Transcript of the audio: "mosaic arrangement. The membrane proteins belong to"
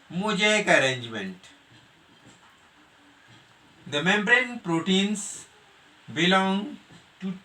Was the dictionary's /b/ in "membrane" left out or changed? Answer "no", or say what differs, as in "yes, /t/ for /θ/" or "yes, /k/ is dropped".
no